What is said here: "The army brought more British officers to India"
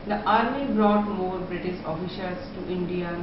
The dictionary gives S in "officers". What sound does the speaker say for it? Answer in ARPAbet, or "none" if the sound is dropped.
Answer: SH